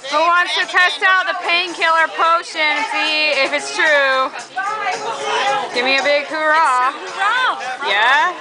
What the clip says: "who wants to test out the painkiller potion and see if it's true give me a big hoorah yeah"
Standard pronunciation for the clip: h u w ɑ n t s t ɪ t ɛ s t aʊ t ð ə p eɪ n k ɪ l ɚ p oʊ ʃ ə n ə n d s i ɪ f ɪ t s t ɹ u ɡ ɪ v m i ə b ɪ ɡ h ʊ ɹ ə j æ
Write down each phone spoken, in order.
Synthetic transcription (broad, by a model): h u w ɑ n t s t ɪ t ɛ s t aʊ t ð ə p eɪ n k ɪ l ɚ p oʊ ə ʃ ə n s i ɪ f ɪ t s t ɹ u ɡ ɪ v m i ə b ɪ ɡ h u ɹ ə j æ